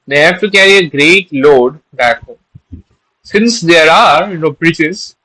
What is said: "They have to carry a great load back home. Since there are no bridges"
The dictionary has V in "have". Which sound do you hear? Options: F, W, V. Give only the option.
F